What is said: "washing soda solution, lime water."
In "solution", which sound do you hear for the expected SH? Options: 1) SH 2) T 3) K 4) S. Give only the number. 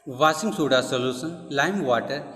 4